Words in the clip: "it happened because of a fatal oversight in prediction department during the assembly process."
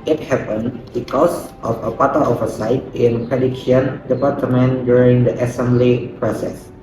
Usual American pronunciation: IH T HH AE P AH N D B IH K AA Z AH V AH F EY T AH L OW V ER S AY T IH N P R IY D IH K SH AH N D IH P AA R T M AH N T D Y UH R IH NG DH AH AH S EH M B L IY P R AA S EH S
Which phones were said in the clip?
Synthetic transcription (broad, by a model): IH T HH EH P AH N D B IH K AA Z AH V AH P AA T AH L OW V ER S AY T IH N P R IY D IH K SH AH N D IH P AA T M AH N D Y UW R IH NG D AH AH S EH M B L IY P R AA S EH S